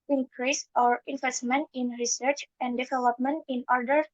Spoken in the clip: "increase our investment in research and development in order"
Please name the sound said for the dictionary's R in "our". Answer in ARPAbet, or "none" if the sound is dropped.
R